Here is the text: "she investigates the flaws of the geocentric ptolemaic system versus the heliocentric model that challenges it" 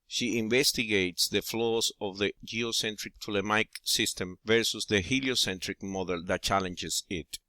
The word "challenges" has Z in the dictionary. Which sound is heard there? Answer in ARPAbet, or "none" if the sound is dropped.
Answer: S